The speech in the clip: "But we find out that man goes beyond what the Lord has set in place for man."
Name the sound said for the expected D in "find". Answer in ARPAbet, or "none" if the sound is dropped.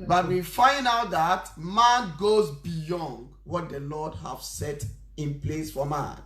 D